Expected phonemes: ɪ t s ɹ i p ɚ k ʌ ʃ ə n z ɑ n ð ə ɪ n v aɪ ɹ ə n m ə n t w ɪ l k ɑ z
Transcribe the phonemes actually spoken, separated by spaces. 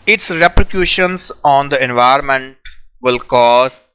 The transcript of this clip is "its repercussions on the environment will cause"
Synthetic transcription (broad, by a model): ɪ t s ɹ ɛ p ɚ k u ʃ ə n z ɑ n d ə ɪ n v aɪ ə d m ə n t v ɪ l k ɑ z